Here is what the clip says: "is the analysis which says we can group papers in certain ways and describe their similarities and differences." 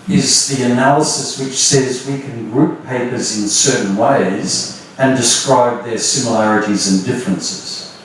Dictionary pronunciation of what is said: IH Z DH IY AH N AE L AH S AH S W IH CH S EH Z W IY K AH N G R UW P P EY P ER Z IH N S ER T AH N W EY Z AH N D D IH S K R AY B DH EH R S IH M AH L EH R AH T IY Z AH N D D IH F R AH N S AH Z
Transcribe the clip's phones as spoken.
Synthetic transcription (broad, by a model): IH Z DH IY AH N AE L AH S AH S W IH CH S EH Z W IY K AH N G R UW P P EY P ER Z IH N S ER T N W EY Z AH N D D IH S K R AY B DH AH R S IH M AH L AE R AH T IY Z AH N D D IH F R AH N S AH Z